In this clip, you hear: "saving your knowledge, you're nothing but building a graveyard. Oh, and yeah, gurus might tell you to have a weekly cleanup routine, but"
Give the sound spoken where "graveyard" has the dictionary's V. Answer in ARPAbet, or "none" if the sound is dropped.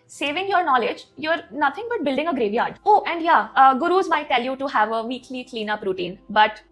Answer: V